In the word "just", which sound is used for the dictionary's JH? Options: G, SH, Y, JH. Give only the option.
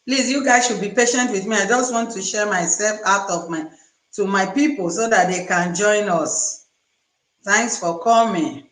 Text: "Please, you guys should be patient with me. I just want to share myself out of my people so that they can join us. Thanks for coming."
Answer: JH